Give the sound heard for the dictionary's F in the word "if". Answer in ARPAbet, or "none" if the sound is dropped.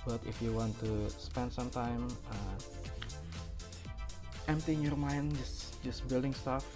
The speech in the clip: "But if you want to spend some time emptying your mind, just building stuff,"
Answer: F